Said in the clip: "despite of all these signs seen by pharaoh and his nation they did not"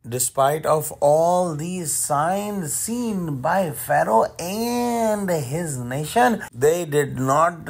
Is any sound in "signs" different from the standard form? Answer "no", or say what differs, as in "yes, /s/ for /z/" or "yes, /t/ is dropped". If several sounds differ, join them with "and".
no